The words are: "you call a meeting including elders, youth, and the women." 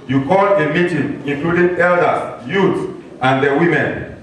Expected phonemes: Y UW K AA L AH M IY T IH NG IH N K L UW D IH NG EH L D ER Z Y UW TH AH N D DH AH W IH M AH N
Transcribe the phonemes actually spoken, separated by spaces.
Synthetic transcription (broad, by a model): Y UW K AA L AH M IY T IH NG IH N K L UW D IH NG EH L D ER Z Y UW S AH N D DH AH W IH M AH N